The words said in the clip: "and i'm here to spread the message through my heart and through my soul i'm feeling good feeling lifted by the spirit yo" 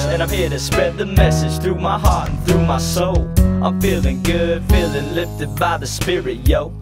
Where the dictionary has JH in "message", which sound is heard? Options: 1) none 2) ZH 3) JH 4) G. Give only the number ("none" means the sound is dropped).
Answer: 2